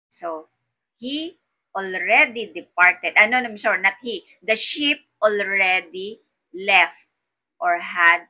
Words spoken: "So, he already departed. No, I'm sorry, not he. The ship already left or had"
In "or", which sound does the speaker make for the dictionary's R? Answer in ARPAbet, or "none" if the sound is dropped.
R